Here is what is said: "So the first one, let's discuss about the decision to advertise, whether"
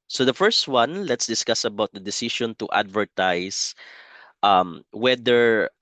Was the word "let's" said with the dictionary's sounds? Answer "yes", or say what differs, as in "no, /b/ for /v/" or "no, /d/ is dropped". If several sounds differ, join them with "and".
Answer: yes